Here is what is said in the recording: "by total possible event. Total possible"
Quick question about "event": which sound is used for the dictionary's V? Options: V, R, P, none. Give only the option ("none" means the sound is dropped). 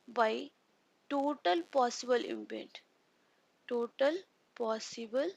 P